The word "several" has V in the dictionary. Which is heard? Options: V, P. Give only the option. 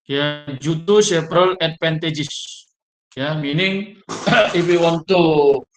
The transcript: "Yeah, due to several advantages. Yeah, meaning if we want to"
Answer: P